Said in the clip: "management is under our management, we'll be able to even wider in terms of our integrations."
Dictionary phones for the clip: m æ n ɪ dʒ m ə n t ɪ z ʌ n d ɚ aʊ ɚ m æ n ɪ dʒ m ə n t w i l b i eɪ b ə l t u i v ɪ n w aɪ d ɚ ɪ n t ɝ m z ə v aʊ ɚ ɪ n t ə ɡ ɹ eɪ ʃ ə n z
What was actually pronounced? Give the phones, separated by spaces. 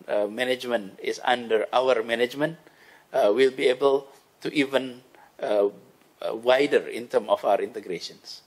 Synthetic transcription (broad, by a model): m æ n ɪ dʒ m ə n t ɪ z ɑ n d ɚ aʊ ɚ m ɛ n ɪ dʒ m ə n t w i l b i eɪ b ə l t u i v ɪ n w aɪ d ɚ ɪ n t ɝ m ə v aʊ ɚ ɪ n t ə ɡ ɹ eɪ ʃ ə n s